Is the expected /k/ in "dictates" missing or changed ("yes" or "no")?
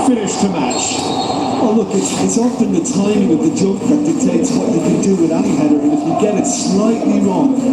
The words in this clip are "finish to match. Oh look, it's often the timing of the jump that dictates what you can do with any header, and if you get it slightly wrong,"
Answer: yes